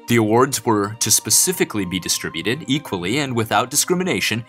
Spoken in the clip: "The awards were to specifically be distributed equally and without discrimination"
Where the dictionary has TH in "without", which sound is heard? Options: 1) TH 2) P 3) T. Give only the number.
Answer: 1